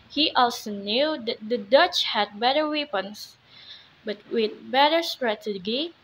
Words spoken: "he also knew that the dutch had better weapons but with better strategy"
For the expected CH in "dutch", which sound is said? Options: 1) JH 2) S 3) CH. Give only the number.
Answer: 3